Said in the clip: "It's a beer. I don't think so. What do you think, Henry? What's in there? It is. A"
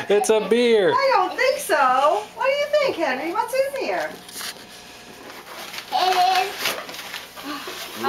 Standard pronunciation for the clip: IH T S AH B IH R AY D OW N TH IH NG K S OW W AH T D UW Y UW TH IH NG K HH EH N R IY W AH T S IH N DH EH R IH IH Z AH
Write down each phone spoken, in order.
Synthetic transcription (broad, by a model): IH T S AH B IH R AY D OW N TH IH NG K S OW W AH T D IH Y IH TH IH NG K HH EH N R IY W AH T S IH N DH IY R IH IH